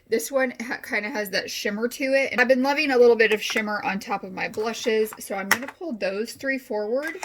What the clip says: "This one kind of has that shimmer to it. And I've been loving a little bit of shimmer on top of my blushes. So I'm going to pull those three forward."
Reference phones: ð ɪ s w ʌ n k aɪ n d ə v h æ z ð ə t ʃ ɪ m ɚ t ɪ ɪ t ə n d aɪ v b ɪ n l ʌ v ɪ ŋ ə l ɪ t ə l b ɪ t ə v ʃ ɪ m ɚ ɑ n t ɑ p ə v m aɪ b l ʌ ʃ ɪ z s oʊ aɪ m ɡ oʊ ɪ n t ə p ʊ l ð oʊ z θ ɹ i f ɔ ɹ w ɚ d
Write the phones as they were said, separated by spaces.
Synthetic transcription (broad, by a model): ð ɪ s w ʌ n k aɪ n d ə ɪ z ð ə t ʃ ɪ m ɚ t ɪ ɪ t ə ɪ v b ɪ n l ʌ v ɪ ŋ ə l ɪ t l b ɪ t ə v ʃ ɪ m ɚ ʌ n t ɑ p ə v m aɪ b l ʌ ʃ ɪ z s oʊ aɪ m ɡ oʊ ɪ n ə p ʊ l ð oʊ z θ ɹ i f ɔ ɹ w ɚ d